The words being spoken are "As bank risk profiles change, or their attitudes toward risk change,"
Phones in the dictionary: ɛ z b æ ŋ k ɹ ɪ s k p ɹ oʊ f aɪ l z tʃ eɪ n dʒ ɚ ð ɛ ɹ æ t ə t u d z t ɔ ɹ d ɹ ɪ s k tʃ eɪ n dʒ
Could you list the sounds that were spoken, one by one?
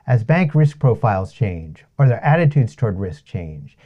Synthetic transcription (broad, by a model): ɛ z b æ ŋ k ɹ ɪ s k p ɹ oʊ f aɪ l z tʃ eɪ n dʒ ɚ ð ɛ ɹ æ t ə t u d z t ɔ ɹ d ɹ ɪ s k tʃ eɪ n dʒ